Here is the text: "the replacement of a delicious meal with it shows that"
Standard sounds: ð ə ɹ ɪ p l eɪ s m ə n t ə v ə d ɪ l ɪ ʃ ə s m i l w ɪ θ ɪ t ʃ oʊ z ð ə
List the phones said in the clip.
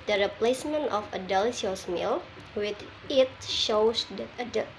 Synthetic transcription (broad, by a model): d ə ɹ ɪ p l eɪ s m ə n t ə f ə d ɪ l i ə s m i l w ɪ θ ɪ t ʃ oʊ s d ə